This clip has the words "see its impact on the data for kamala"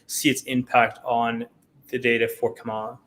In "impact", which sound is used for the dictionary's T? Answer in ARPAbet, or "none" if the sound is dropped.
T